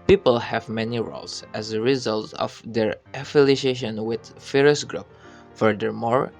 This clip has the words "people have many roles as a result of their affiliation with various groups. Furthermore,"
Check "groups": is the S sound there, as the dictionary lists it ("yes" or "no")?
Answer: no